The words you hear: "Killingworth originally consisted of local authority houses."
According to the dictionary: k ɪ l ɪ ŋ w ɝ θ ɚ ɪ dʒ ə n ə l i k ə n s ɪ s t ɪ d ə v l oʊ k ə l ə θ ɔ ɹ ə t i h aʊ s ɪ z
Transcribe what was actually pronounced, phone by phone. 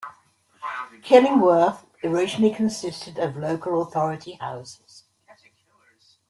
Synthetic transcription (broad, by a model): k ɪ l ɪ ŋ w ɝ θ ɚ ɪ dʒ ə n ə l i k ə n s ɪ s t ɪ d ə v l oʊ k ə l ə θ ɔ ɹ ə t i h aʊ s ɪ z